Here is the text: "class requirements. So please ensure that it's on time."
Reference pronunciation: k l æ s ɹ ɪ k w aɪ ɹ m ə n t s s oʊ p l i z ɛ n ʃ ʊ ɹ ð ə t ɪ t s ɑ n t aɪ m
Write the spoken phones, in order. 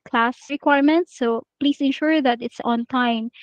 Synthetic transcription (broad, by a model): k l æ s ɹ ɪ k w aɪ ɹ m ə n t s s oʊ p l i s ɛ n ʃ ʊ ɹ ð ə t ɪ t s ɑ n t aɪ m